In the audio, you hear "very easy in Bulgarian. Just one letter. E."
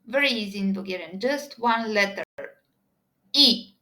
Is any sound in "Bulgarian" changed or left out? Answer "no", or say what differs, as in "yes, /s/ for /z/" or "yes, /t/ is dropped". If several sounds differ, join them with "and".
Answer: yes, /l/ is dropped